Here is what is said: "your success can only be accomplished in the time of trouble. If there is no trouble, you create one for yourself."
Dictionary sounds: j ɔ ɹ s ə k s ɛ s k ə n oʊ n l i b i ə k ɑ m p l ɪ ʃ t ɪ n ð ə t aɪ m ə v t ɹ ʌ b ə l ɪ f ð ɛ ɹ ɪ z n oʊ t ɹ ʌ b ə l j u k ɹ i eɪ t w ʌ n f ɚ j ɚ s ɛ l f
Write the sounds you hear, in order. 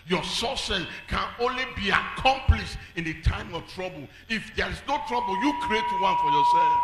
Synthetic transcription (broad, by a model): j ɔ s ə s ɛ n k ə n oʊ n l i b i ə k ɑ m p l ɪ ʃ t ɪ n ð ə t aɪ m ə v t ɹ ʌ b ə l ɪ f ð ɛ ɹ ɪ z n oʊ t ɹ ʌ b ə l j u k ɹ i eɪ t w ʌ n f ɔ j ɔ s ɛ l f